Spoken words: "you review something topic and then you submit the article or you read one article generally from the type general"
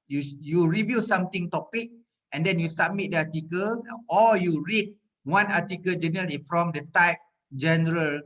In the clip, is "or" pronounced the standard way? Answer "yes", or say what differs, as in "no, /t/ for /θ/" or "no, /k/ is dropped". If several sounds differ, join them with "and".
no, /l/ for /ɹ/